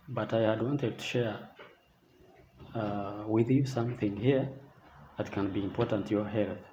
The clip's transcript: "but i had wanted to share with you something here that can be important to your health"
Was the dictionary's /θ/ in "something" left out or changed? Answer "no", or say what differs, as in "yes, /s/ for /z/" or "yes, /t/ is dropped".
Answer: no